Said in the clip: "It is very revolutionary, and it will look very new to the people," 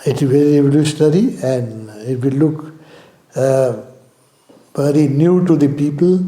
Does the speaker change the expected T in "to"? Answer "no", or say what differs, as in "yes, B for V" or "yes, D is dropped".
no